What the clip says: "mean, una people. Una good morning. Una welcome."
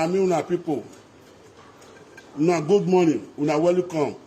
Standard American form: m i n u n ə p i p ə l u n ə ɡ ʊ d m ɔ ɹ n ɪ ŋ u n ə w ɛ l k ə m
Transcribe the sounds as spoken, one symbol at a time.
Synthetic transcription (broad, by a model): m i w u n ə p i p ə w u n ə ɡ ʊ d m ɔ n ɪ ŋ u n ə w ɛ l k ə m